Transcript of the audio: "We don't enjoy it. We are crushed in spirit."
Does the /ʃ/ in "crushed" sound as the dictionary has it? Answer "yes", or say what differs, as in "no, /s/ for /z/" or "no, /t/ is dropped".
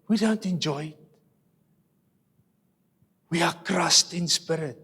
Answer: no, /s/ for /ʃ/